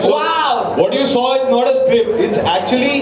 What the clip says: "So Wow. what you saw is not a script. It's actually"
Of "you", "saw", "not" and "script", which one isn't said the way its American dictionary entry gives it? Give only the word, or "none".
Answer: script